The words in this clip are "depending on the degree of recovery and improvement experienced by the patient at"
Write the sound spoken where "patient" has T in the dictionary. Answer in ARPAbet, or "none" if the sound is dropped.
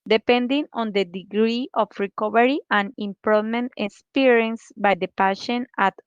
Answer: none